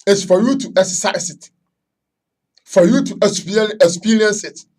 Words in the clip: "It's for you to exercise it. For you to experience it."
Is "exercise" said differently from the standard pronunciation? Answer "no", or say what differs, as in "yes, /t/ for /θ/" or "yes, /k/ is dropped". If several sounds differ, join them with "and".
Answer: yes, /s/ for /z/